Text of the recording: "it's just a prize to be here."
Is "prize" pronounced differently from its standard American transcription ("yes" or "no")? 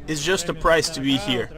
yes